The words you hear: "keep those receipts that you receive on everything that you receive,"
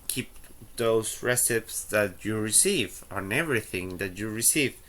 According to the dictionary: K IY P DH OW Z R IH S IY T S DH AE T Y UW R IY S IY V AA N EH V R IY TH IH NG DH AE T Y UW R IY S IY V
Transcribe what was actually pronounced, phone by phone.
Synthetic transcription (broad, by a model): K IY P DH OW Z R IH S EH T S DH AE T Y UW R IY S IY V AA N EH V R IY TH IH NG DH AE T Y UW R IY S IY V